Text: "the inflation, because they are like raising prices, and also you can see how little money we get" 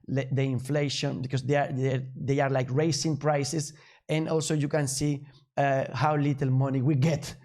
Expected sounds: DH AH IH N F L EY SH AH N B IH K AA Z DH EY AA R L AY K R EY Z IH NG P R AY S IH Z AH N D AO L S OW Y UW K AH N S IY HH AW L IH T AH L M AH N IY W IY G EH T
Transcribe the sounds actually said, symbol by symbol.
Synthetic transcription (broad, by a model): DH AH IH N F L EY SH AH N B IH K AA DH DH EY AA R L AY K R EY S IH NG P R AY S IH S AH N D AO L S OW Y UW K AH N S IY HH AW L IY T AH L M AH N IY W IY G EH T